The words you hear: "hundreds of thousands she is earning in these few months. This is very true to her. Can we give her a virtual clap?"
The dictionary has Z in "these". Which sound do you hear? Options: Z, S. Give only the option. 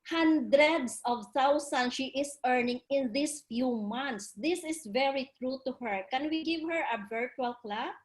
S